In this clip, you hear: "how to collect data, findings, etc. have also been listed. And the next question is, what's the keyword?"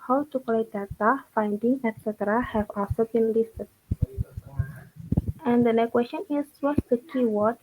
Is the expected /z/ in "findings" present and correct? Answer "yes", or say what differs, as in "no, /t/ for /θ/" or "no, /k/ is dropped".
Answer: no, /z/ is dropped